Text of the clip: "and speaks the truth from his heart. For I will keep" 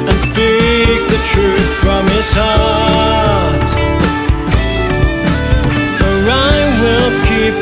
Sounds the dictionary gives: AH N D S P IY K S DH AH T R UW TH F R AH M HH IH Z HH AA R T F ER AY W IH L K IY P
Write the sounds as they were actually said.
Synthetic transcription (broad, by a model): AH N S P IY K S DH AH T R UW TH F R AH M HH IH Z HH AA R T F ER AY W IH L K IY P